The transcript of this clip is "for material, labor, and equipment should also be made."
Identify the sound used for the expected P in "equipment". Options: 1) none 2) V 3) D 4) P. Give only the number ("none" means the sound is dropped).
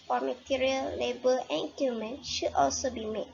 1